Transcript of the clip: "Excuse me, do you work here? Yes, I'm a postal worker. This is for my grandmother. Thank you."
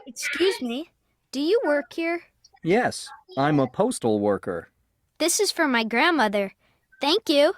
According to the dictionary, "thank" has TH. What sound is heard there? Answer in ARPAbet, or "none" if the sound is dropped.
TH